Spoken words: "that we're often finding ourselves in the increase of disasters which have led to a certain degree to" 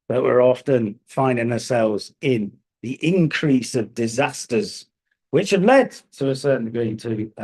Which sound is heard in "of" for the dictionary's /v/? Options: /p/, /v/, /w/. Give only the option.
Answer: /v/